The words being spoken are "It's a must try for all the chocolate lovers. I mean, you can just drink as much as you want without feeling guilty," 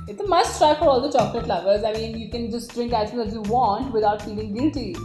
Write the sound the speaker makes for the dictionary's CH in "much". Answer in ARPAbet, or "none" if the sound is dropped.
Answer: none